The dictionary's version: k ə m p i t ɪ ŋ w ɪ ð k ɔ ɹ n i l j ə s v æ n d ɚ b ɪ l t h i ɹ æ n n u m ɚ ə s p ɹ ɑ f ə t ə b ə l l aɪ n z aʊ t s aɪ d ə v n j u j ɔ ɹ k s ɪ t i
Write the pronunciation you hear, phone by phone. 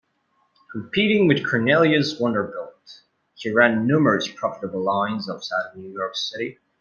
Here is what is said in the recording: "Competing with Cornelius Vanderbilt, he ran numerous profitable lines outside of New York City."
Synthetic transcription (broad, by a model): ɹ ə p i t ɪ ŋ w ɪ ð k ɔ ɹ n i l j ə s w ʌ n d ɚ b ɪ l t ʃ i ɹ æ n n u m ɚ ə s p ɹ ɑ f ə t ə b l l aɪ n z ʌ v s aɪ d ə n j u j ɔ ɹ k s ɪ t i